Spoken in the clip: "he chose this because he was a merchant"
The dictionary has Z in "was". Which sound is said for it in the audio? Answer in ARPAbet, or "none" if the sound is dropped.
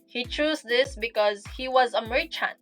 Z